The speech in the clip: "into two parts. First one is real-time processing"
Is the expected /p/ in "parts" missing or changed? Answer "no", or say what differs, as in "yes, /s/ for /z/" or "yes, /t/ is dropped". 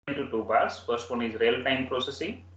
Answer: yes, /b/ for /p/